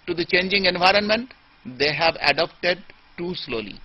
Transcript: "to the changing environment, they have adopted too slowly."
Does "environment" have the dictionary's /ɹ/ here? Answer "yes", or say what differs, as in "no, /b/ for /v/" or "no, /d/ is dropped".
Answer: yes